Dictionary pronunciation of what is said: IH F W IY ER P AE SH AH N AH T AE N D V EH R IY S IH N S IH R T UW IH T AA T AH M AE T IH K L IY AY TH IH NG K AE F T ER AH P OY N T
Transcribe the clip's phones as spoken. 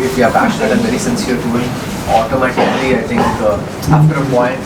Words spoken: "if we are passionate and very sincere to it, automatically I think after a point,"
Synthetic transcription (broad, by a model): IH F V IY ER P AE SH AH N AH T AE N V EH R IY S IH N S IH R T UW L AA T AH M AE T IH K L IY AY T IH NG K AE P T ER AH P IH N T